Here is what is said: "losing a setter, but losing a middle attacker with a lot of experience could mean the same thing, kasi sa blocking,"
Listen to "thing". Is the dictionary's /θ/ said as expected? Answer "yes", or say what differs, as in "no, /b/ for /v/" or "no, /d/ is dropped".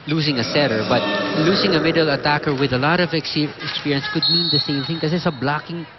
yes